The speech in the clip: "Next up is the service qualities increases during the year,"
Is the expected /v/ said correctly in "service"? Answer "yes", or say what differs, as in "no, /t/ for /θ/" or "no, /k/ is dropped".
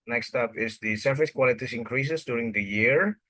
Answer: no, /f/ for /v/